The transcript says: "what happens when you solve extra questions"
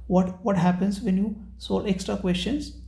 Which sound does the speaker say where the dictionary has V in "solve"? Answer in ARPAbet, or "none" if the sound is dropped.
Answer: none